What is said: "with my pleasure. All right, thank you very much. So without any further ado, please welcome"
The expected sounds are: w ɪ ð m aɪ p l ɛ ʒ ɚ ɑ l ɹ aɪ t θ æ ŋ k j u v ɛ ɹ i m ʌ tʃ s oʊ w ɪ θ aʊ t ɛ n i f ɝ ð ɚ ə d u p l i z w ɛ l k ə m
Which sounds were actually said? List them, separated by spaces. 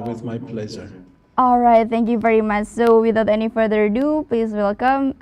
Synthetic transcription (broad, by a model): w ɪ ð m aɪ p l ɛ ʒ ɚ ɑ l ɹ aɪ t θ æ ŋ k j u v ɛ ɹ i m ʌ tʃ s oʊ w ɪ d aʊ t ɛ n i f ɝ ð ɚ d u p l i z w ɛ l k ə m